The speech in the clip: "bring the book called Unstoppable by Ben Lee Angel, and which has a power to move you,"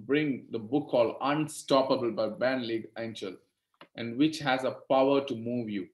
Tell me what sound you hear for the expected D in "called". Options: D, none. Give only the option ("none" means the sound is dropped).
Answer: none